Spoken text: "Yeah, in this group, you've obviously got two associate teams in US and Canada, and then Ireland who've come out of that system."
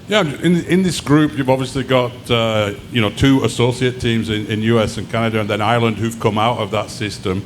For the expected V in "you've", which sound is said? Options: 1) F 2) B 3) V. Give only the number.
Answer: 3